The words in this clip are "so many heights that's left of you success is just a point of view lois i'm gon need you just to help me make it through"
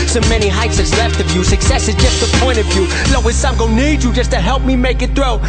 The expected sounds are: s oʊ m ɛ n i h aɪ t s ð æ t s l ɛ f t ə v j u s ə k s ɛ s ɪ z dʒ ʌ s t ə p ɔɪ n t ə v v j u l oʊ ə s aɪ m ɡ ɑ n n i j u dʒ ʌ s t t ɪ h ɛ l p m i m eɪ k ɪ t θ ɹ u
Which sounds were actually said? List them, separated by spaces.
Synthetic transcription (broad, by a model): s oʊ m ɛ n i h aɪ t s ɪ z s l ɛ f t ə v j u s ə k s ɛ s ɪ z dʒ ʌ s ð ə p ɔɪ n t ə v v j u l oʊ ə s aɪ m ɡ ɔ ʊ n i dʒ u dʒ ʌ s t t ɪ h ɛ l p m i m eɪ k ɪ t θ ɹ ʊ